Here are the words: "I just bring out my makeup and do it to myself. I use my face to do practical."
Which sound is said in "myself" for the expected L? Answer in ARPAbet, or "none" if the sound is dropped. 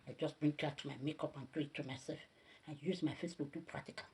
none